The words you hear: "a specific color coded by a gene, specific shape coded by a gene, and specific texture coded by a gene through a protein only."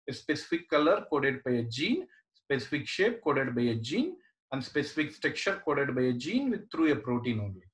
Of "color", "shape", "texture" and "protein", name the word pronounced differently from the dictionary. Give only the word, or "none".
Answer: texture